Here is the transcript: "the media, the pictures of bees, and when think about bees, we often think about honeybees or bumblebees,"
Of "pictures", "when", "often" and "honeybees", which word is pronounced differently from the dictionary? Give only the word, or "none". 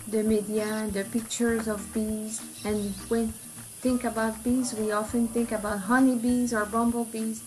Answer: none